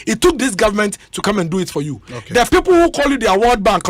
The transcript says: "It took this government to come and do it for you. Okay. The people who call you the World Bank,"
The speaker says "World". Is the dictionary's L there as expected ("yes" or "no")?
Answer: no